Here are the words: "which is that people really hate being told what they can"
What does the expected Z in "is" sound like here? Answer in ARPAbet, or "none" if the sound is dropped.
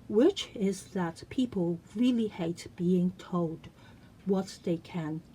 Z